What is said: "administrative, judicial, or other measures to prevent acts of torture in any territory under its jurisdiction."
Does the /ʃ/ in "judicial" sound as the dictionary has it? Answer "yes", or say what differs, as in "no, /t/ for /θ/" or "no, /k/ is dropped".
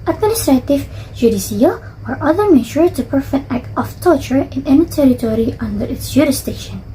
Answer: no, /s/ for /ʃ/